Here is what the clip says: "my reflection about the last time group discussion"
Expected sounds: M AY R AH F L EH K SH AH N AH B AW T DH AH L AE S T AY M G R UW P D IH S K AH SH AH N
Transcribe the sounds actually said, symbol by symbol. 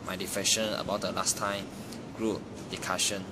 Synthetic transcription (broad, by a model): M AY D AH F EH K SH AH N AH B AW T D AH L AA S T AY M G R UW P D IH K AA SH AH N